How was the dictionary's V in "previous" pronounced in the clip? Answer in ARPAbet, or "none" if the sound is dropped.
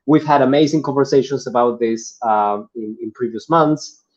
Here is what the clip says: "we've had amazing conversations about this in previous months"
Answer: V